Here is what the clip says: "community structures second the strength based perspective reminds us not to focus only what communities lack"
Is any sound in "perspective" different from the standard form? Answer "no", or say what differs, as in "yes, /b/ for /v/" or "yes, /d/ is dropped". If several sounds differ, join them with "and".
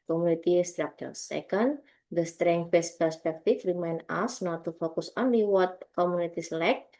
yes, /f/ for /v/